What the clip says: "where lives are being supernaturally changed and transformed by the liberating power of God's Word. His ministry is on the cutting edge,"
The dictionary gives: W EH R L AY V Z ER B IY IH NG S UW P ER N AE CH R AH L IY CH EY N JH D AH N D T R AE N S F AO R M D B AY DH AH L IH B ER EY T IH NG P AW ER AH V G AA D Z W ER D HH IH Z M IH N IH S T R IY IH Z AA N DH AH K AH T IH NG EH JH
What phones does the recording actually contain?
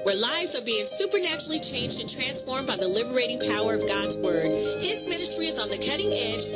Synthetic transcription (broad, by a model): W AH R L AY V Z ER B IY IH NG S UW P ER N AE CH R L IY CH EY N JH D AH N T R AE N S F AO R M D B AY DH AH L IH B ER EY T IH NG P AW ER AH V G AA D Z W ER D HH IH Z M IH N IH S T R IY IH Z N DH AH K AH T IH NG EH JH